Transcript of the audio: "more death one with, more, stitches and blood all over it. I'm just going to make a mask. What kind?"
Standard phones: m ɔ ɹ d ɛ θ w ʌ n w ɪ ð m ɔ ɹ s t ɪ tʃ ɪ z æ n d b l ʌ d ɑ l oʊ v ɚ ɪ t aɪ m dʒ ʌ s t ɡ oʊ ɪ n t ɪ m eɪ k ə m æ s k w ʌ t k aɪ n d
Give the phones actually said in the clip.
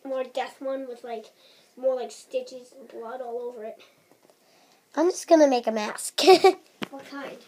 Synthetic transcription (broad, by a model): m ɔ ɹ d ɛ θ w ʌ n w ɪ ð m ɔ ɹ s t ɪ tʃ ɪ z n b l ʌ d ɑ l oʊ v ɚ ɪ t aɪ m dʒ ʌ s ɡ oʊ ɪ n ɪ m eɪ k ə m æ s k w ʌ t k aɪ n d